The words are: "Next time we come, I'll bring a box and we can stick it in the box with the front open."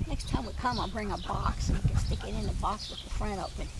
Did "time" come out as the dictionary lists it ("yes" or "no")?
yes